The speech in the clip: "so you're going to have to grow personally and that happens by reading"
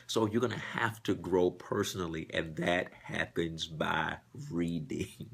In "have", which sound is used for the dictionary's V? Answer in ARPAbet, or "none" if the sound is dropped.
F